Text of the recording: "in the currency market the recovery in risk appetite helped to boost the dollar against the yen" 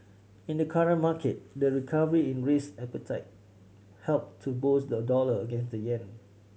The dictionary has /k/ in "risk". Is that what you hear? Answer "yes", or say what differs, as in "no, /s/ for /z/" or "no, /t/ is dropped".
no, /k/ is dropped